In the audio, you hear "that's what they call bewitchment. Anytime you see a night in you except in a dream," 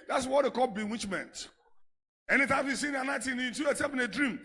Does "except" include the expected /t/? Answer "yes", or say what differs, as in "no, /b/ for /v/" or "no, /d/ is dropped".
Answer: no, /t/ is dropped